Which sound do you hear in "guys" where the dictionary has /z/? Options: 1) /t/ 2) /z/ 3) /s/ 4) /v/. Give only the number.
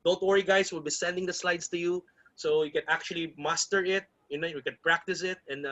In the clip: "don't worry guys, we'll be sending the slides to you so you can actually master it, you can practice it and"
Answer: 3